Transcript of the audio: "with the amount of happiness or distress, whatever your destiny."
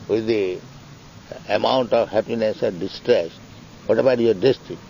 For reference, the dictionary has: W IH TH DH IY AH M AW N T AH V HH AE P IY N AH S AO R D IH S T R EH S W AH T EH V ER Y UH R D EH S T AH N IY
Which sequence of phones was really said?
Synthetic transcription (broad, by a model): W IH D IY AH M AW N T AH V HH AE P IY N AH S AO R D IH S T R EH S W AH T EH B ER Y R D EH S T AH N